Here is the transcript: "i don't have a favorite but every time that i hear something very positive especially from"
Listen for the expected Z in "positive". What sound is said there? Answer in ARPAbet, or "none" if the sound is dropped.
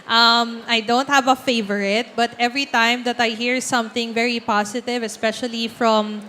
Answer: S